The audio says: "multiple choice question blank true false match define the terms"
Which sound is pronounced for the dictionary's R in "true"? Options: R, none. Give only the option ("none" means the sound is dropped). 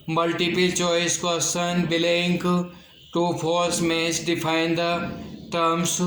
none